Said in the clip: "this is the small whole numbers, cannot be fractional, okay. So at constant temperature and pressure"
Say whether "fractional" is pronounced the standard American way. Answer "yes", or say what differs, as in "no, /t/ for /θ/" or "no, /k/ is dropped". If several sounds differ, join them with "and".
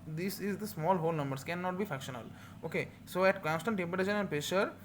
no, /ɹ/ is dropped